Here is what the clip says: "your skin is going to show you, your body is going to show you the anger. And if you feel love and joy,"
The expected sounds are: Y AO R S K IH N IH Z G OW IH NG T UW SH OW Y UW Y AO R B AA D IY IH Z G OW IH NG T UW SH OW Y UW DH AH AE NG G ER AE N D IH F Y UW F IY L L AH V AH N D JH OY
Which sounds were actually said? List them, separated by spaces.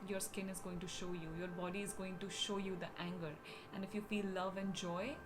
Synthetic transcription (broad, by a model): Y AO R S K IH N IH Z G OW IH NG T UW SH OW Y UW Y AO R B AA D IY IH Z G OW IH NG T UW SH OW Y UW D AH AE NG G ER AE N D IH F Y UW F IY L L AH V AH N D JH OY